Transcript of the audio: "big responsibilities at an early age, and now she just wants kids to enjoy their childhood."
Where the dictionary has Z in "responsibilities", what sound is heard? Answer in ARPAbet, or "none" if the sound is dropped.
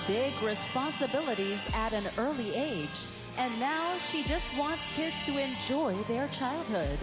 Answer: Z